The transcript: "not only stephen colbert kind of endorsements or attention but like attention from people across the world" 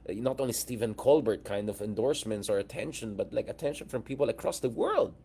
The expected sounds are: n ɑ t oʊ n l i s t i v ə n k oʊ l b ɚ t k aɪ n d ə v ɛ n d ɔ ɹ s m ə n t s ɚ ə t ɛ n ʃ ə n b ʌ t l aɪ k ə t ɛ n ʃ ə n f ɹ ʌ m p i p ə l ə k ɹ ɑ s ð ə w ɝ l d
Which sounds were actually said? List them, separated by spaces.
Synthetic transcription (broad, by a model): n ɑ t oʊ n l i s t i v ə n k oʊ l b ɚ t k aɪ n d ə v ɛ n d ɔ ɹ s m ə n t s ɚ ə t ɛ n ʃ ə n b ʌ t l aɪ k ə t ɛ n ʃ ə n f ɹ ʌ m p i p ə l ə k ɹ ɑ s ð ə w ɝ l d